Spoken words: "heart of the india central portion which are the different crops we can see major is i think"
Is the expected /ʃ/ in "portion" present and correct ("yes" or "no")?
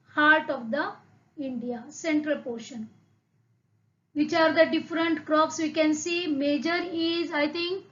yes